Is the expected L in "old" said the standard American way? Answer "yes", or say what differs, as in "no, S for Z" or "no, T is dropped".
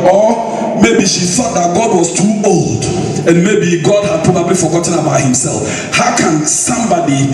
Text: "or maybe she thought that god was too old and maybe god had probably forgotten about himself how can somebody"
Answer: yes